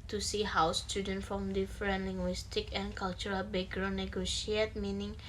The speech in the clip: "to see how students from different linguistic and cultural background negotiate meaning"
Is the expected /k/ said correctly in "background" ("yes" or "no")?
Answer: no